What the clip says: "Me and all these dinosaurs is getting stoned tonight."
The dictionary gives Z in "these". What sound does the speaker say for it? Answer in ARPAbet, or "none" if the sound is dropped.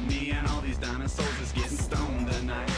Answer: Z